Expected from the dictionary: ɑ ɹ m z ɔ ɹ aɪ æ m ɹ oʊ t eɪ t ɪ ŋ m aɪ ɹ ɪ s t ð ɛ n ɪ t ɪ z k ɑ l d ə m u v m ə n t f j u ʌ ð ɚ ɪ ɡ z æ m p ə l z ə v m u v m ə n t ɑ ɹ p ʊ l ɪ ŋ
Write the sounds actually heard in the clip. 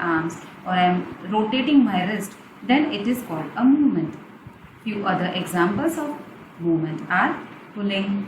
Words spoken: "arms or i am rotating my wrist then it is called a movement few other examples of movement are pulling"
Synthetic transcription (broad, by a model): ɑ ɹ m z ɔ ɹ aɪ m ɹ oʊ t eɪ t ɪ ŋ m aɪ ɹ ɪ s t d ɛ n ɪ t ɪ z k ɑ l d ə m u v m ə n t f j u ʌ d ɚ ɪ ɡ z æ m p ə l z ə v m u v m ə n t ɑ ɹ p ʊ l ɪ ŋ